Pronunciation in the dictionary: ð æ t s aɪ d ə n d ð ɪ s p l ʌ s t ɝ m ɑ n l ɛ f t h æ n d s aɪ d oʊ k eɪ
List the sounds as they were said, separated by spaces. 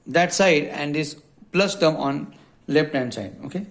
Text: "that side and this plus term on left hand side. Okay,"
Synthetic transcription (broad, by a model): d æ t s aɪ d ə n d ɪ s p l ʌ s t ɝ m ɑ n l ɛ p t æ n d s aɪ d oʊ k eɪ